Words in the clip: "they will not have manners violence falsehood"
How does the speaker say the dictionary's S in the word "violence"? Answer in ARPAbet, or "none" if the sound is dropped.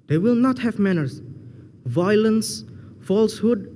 S